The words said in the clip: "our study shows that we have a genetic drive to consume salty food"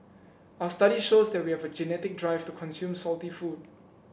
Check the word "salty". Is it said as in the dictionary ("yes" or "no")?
yes